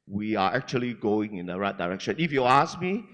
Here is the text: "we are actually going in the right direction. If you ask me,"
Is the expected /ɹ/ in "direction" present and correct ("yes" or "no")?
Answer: yes